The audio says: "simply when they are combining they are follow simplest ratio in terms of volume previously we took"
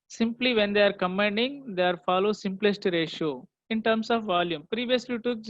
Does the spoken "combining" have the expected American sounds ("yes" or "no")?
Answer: no